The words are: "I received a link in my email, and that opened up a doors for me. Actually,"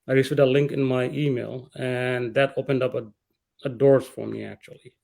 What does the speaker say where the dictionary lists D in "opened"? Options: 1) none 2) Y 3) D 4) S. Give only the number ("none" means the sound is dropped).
3